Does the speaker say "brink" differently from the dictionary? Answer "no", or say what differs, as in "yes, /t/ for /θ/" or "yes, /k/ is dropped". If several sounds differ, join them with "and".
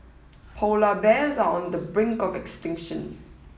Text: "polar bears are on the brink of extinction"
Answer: no